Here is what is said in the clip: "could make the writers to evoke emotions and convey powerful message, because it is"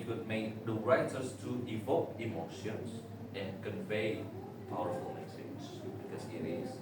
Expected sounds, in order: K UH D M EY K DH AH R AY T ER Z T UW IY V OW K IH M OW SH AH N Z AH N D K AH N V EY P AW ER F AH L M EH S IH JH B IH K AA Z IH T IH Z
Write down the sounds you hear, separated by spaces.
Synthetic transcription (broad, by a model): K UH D M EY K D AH R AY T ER S T UW IY V OW K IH M OW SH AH N S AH N K AH N V EY P AW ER F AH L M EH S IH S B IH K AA S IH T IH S